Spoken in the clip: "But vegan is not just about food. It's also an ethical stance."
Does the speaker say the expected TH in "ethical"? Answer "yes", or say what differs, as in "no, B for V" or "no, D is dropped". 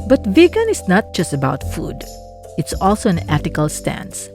no, T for TH